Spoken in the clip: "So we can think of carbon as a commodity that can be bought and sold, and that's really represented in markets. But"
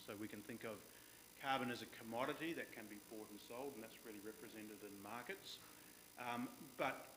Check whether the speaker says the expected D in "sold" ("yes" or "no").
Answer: yes